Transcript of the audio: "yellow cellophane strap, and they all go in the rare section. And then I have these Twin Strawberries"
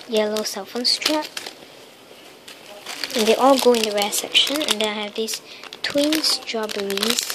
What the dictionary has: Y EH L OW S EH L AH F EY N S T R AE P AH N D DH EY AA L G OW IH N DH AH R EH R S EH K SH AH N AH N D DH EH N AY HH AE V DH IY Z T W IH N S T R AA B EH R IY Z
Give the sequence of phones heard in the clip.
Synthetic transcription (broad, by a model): Y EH L OW S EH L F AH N S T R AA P AH N D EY AA L G OW IH N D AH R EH S EH K SH AH N AH N D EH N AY HH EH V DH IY S T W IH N S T R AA B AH R IY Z